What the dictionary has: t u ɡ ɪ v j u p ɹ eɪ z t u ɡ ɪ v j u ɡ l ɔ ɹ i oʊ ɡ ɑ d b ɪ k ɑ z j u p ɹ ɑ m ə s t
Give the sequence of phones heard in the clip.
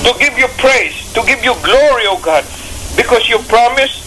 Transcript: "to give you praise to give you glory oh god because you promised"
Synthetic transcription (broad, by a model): t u ɡ ɪ v j u p ɹ eɪ s t u ɡ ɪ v j u ɡ l ɔ ɹ i oʊ ɡ ɑ d b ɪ k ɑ s j u p ɹ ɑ m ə s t